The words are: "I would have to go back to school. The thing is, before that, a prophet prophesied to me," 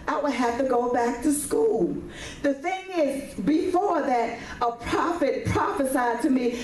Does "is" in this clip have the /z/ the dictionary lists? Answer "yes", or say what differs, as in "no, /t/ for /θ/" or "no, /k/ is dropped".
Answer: yes